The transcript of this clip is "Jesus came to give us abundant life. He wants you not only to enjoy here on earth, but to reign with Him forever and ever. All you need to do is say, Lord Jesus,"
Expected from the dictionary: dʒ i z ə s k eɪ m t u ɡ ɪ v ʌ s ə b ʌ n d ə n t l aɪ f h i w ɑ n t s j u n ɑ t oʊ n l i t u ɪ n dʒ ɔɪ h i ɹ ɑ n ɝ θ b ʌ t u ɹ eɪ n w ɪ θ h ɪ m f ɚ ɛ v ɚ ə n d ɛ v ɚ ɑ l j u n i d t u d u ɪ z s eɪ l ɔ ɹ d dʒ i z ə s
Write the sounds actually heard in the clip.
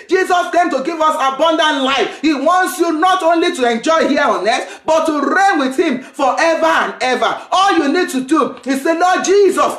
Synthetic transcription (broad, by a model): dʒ i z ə s k eɪ m t u ɡ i v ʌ s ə b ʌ n d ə n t l aɪ f h i w ɑ n t s j u n ɑ t oʊ n l i t u ɪ n dʒ ɔɪ h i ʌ ɑ n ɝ s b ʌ t u ɹ eɪ n w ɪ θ h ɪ m f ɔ ɛ v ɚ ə n ɛ v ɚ ɑ l j u n i d t u d u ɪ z s eɪ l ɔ dʒ i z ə s